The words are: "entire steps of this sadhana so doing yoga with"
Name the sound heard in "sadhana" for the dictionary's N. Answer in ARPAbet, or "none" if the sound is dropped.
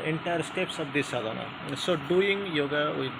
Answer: N